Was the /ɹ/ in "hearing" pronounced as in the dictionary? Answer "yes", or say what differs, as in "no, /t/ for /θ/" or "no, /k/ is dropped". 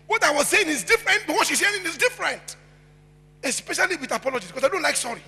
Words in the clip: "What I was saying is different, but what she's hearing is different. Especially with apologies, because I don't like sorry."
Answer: no, /ɹ/ is dropped